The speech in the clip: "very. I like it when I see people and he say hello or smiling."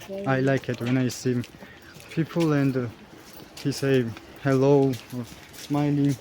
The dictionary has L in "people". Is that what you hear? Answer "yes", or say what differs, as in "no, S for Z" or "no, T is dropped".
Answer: yes